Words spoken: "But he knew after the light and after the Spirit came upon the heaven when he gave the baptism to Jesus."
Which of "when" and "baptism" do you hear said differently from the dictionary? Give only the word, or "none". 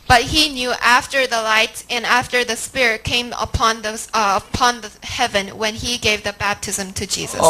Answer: none